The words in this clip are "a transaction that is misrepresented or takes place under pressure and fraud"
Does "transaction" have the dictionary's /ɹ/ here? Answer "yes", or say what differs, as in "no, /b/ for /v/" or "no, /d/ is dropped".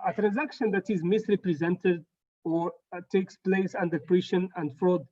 yes